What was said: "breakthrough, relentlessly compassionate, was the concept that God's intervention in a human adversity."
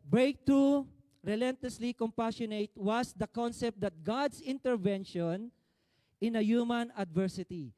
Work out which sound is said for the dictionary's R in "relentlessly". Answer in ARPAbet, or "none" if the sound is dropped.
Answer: R